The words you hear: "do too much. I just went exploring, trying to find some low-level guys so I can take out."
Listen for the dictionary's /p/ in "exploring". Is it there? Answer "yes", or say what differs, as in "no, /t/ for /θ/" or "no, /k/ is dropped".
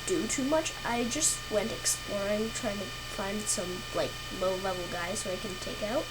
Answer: yes